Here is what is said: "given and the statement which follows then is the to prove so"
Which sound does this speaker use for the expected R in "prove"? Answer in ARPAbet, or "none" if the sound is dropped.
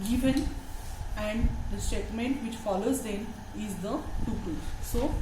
none